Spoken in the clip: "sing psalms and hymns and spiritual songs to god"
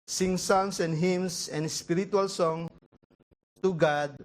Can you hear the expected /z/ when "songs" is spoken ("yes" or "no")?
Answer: no